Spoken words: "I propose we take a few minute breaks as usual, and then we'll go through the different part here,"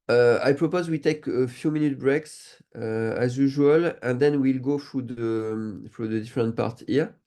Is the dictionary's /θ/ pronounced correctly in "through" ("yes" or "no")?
no